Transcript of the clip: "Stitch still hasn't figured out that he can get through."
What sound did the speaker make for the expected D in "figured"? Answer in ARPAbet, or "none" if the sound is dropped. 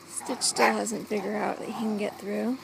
none